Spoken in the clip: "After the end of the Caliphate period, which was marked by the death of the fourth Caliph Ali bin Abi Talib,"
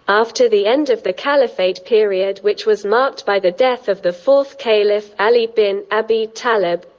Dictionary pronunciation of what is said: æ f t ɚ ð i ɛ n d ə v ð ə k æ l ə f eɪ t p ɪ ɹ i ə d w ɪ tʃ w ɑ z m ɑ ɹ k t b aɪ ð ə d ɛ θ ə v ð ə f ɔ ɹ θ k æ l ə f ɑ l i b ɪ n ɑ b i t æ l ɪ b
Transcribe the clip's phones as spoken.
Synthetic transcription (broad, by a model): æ f t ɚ ð i ɛ n d ə v ð ə k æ l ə f eɪ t p ɪ ɹ i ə d w ɪ tʃ w ɑ z m ɑ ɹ k t b aɪ ð ə d ɛ θ ə v ð ə f ɔ θ k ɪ l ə f ɑ l i b ɪ n ɑ b i t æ l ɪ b